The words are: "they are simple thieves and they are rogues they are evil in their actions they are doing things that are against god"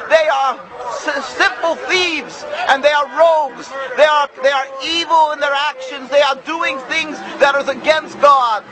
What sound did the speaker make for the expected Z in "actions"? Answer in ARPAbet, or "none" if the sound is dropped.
Z